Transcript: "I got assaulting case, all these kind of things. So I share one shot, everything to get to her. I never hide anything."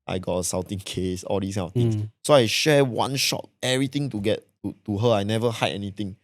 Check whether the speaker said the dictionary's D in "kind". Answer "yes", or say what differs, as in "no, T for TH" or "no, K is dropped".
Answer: no, D is dropped